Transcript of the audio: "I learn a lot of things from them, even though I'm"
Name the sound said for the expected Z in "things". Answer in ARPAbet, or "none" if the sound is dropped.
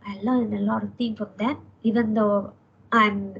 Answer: none